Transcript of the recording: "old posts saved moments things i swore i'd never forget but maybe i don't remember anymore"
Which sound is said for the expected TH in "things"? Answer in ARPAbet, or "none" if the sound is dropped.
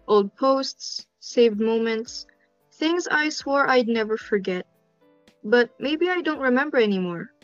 TH